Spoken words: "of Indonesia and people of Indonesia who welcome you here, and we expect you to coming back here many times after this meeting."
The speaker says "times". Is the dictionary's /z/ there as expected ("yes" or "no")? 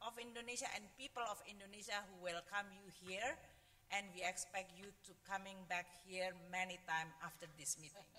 no